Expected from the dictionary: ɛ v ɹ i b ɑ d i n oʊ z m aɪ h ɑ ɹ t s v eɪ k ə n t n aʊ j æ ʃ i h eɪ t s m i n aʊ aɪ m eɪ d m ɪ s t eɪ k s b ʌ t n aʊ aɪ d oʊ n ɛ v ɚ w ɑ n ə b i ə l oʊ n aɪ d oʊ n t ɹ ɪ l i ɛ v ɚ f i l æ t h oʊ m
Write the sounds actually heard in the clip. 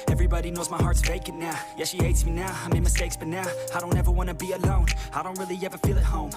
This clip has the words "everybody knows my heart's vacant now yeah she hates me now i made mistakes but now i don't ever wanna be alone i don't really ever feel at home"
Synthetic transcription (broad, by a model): ɛ v ɹ i b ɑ d i n oʊ z m aɪ h ɑ ɹ t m eɪ k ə t n aʊ j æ ʃ i h eɪ t s m i n aʊ aɪ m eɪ m ɪ s t eɪ k s b ʌ t n aʊ aɪ d oʊ n ɛ v ɚ w ɑ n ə b i ə l oʊ n aɪ d oʊ n t ɹ ɪ l i ɛ v ɚ f i l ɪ t h oʊ m